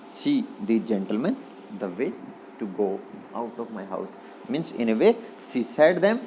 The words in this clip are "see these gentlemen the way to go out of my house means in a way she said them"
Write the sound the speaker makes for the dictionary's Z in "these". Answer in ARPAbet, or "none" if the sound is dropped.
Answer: none